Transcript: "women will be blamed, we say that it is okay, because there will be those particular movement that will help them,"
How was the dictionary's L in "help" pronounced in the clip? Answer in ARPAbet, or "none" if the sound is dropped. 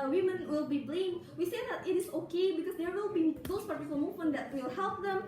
L